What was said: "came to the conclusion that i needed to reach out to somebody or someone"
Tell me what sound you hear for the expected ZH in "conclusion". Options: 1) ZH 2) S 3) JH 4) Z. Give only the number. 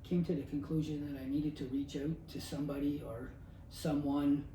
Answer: 1